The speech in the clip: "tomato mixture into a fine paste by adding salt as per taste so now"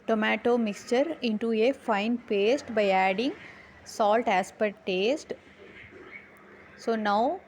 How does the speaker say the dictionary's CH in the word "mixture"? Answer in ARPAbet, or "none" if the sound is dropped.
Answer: CH